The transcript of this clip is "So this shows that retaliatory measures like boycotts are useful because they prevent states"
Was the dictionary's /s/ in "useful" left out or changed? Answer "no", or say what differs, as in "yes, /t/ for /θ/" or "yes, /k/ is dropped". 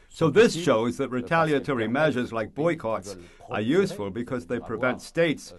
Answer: no